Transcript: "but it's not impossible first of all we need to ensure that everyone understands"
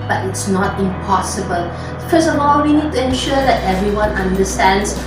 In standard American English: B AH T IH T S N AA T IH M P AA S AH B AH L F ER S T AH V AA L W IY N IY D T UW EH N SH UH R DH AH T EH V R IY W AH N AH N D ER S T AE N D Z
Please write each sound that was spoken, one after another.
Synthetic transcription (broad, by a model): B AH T IH T S N AA T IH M P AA S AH B AH L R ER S AH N AA L W IY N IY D T UW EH N SH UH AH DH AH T EH V R IY W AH N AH N D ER S T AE N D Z